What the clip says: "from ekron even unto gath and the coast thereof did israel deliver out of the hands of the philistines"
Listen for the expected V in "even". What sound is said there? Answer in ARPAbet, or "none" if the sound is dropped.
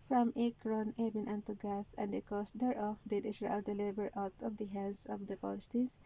B